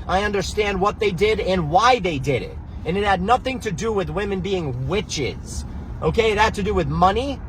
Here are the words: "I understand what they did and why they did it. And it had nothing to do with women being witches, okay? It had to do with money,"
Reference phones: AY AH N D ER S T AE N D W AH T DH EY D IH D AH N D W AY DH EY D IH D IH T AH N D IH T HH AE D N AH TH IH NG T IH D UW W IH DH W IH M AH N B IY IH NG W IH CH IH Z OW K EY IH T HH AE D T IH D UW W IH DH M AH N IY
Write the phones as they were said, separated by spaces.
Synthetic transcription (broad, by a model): AY AH N D ER S T AE N D W AH T DH EY D IH D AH N W AY DH EY D IH D IH T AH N IH T HH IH D N AH TH IH NG T IH D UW W IH DH W IH M AH N B IY IH NG W IH CH IH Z OW K EY IH T HH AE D T IH D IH W IH DH M AH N IY